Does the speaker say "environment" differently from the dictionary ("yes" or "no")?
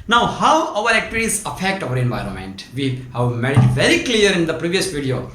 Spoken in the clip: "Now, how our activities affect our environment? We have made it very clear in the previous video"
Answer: no